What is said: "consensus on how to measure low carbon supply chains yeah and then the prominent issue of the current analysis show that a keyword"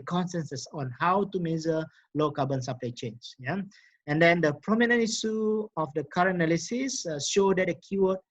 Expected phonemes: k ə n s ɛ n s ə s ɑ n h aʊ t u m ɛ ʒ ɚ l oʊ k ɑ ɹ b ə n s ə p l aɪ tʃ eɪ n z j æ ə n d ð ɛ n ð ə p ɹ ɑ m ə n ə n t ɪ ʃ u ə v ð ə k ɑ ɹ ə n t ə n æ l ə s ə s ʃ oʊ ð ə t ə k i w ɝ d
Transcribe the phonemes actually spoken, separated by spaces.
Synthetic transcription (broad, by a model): k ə n s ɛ n s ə s ɑ n h aʊ t u m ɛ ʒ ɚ l oʊ k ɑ b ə n s ə p l aɪ tʃ eɪ n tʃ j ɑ ə n d ɛ n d ə p ɹ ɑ m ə n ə n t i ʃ u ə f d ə k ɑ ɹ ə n ə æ l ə s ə s ʃ oʊ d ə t ə k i w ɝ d